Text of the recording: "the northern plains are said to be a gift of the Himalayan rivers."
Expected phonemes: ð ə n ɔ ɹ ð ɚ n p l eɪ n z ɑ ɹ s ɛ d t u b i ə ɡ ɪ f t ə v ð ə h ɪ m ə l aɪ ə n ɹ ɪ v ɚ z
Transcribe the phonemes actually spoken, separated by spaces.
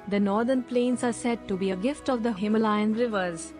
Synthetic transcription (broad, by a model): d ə n ɔ ɹ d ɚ n p l eɪ n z ɑ ɹ s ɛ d t u b i ə ɡ ɪ f t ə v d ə h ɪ m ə l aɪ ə n ɹ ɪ v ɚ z